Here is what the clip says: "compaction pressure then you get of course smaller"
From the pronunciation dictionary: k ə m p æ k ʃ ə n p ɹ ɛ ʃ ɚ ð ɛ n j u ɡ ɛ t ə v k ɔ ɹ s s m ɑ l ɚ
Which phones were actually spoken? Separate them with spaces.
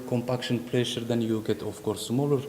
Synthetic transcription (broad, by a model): k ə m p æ k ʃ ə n p l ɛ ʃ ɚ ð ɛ n j u ɡ ɛ t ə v k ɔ ɹ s s m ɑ l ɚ